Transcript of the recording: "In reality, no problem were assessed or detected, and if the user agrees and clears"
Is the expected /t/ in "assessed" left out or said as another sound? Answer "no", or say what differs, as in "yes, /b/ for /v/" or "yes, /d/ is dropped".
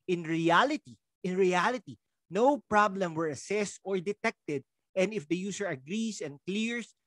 no